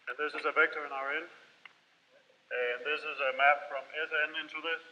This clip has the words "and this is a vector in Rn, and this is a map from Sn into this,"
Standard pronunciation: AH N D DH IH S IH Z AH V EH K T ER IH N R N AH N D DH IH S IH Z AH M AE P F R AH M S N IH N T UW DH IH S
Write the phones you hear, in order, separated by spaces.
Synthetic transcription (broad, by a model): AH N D DH IH S IH Z AH V EH K T ER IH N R N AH N DH IH S IH Z AH M AE P F R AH M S N IH N T UW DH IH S